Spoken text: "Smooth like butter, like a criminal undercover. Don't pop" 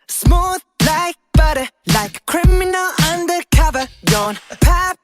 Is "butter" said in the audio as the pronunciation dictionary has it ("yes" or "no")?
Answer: yes